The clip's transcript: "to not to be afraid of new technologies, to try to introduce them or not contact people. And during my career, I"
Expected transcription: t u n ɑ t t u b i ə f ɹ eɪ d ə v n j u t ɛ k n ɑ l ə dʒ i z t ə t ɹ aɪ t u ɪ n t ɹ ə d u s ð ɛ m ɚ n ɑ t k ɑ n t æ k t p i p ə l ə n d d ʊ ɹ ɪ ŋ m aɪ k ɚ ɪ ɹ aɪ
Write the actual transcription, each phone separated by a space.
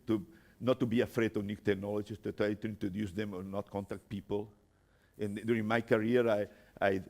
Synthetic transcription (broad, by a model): t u n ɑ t t u b i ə f ɹ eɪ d ə v n j u t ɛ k n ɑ l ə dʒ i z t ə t aɪ t u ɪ n t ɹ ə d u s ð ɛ m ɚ n ɑ t k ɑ n t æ k t p i p ə l ə n d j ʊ ɹ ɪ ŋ m aɪ k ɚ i ɹ aɪ